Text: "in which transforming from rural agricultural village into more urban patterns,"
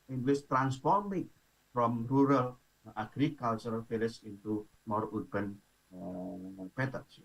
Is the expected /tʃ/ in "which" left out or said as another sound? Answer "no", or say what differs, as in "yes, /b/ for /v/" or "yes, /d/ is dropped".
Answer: yes, /s/ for /tʃ/